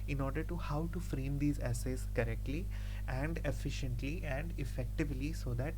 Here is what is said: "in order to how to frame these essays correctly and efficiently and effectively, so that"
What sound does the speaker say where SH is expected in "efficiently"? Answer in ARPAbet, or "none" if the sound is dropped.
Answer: SH